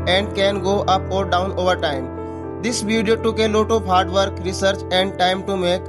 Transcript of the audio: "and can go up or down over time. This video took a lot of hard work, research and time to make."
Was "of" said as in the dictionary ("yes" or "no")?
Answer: no